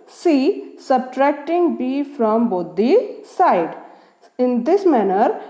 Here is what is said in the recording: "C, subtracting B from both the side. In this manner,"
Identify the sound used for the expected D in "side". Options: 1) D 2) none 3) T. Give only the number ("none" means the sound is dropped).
1